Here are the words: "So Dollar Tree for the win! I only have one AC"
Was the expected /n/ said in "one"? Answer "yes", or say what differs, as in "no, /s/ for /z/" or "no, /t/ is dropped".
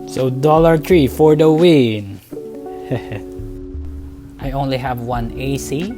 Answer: yes